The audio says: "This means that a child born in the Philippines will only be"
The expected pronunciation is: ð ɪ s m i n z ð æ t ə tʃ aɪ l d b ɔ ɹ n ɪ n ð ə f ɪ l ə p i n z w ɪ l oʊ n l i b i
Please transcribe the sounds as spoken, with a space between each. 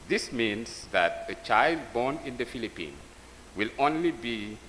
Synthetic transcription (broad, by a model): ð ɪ s m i n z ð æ t ə tʃ aɪ l d b ɔ n ɪ n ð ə f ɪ l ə p i n w ɪ l oʊ n l i b i